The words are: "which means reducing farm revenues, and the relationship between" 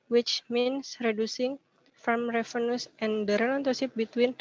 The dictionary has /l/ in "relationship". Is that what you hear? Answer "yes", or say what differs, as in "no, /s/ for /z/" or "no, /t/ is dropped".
no, /n/ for /l/